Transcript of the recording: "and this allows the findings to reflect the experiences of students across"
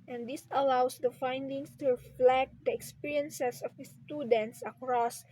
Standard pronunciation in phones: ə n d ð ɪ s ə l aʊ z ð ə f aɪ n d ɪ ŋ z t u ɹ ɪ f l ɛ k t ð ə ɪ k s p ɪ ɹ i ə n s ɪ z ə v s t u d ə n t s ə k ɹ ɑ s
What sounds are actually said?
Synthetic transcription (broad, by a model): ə n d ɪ s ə l aʊ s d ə f aɪ n d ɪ ŋ s t u ɹ ɪ f l ɛ k t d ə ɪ k s p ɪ ɹ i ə n s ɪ s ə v s t u d ə n t s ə k ɹ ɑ s